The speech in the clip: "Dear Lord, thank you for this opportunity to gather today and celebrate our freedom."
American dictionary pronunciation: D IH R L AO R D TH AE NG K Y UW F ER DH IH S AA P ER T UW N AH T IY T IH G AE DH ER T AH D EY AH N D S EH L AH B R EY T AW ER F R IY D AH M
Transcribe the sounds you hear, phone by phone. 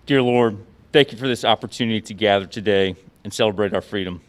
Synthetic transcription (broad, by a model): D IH R L AO R D TH AE NG K Y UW F ER DH IH S AA P ER T UW N AH T IY T IH G AE DH ER T AH D EY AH N S EH L AH B R EY T AW ER F R IY D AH M